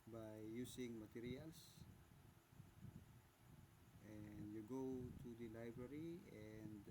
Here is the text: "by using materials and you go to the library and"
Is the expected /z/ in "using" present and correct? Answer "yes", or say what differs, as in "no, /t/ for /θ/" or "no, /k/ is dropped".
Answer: no, /s/ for /z/